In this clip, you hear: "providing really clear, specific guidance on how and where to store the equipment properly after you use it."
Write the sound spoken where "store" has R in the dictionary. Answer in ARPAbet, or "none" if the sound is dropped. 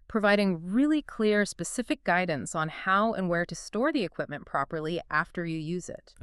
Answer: R